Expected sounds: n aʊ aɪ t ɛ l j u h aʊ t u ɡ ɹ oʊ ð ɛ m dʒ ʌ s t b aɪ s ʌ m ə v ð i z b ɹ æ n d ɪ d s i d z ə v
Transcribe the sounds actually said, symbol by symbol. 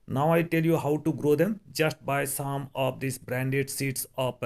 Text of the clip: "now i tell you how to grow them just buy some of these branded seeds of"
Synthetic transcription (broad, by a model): n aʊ aɪ t ɛ l j u h aʊ t u ɡ ɹ oʊ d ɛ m dʒ ʌ s t b aɪ s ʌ m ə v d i s b ɹ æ n d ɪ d s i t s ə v